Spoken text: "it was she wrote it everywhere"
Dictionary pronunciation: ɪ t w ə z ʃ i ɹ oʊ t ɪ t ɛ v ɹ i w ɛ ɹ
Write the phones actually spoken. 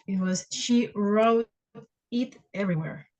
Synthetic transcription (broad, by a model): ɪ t w ə z ʃ i ɹ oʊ ɪ t ɛ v ɹ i w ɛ ɹ